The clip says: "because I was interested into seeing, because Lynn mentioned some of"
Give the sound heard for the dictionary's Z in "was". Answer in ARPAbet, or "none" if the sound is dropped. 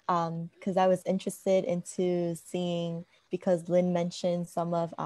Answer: Z